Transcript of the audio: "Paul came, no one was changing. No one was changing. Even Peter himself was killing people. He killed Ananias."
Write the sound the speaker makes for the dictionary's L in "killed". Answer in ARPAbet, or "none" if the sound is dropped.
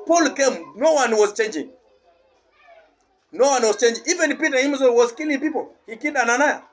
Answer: none